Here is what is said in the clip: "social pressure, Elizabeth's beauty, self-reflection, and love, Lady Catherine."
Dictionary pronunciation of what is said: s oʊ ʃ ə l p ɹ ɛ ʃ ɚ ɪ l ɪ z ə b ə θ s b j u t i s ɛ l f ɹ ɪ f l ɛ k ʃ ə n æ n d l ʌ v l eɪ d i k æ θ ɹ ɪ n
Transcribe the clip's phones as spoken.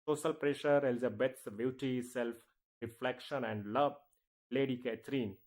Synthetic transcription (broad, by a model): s oʊ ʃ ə l p ɹ ɛ ʃ ɚ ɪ l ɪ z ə b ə t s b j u t i s ɛ l f ɹ ɪ f l ɛ k ʃ ə n æ n d l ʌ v l eɪ d i k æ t ɹ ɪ n